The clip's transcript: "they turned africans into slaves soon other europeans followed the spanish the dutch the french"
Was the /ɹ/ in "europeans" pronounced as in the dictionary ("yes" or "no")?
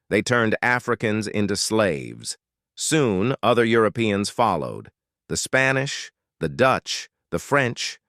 yes